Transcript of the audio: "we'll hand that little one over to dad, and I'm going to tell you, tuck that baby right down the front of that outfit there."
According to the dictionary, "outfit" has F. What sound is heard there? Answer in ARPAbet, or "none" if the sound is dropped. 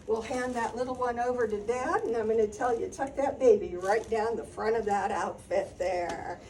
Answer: F